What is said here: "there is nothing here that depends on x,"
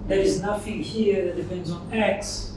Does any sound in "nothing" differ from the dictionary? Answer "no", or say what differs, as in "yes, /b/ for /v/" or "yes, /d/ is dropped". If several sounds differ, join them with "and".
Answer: yes, /f/ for /θ/